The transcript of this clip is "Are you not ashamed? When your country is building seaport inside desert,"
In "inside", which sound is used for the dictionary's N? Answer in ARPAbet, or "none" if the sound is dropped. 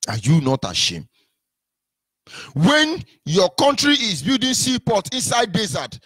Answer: N